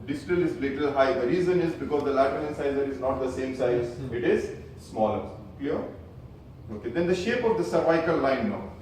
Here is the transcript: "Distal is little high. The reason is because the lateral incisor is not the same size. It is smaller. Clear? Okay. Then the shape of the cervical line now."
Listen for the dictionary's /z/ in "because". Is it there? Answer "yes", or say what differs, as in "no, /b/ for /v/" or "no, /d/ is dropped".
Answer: yes